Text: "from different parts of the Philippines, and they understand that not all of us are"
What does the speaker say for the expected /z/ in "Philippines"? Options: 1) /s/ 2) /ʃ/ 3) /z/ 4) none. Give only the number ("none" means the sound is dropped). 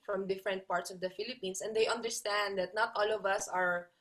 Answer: 1